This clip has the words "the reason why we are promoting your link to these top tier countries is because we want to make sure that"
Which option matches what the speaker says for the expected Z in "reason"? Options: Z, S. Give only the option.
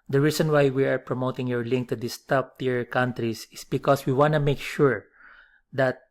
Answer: S